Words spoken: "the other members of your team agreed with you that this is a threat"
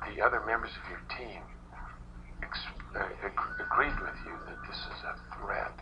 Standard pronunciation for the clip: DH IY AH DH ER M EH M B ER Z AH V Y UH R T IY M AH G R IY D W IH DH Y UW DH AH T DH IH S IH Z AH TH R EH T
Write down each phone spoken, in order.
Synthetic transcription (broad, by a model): DH IY AH DH ER M EH M B ER Z AH V Y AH R T IY M AH G R IY D W IH DH Y UW DH AH T DH IH S IH Z AH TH R EH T